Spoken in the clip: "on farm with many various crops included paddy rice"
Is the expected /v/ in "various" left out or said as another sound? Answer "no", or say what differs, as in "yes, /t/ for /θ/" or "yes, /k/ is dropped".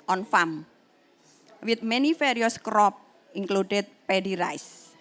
yes, /f/ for /v/